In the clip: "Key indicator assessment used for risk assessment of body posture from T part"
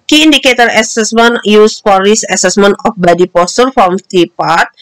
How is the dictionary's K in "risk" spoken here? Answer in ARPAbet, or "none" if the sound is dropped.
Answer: none